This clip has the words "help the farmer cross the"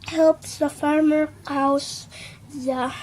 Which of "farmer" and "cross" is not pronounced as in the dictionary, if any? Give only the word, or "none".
cross